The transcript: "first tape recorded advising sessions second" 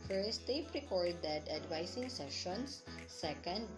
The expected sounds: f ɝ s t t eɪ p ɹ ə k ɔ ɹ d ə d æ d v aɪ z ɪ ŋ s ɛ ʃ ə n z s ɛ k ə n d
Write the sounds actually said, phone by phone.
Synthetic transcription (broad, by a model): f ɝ s t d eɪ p ɹ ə k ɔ ɹ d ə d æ d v aɪ s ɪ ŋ s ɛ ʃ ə n s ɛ k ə n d